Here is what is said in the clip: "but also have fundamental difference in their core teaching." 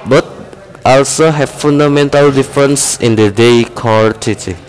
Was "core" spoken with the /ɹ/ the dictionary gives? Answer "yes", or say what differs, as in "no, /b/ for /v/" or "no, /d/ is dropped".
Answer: no, /l/ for /ɹ/